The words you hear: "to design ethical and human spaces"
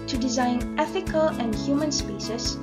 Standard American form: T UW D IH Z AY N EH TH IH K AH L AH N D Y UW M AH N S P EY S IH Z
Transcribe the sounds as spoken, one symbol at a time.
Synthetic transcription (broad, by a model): T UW D IH Z AY N EH TH IH K AH L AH N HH Y UW M AH N S P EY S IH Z